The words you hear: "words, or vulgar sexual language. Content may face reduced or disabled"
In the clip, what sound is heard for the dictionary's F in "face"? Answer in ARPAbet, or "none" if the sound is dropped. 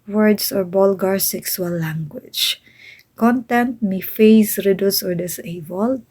F